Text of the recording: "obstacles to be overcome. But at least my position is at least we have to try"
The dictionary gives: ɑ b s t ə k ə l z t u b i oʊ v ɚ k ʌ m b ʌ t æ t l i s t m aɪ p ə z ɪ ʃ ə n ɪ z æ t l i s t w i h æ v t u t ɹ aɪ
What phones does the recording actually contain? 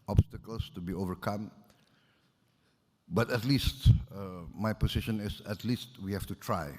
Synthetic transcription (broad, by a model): ɑ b s t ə k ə l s t u b i oʊ v ɚ k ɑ m b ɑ t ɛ t l i s t m aɪ p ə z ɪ ʃ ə n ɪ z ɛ t l i s t w i h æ f t u t ɹ aɪ